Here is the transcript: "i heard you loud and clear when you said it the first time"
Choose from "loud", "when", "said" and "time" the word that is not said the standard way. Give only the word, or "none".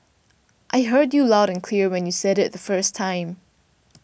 none